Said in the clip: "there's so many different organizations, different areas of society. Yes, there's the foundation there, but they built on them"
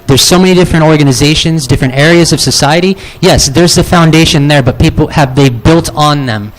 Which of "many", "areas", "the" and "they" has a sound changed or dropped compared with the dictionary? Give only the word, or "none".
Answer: none